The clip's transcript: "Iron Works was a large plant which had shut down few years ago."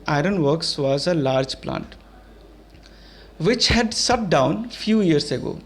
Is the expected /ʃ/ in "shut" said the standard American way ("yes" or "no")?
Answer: no